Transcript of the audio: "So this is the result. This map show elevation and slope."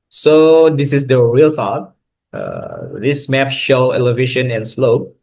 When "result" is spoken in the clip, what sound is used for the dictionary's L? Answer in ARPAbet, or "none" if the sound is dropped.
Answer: none